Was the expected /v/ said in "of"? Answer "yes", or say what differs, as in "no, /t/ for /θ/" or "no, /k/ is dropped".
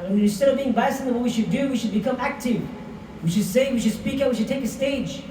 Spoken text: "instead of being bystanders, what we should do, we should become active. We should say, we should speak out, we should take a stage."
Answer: yes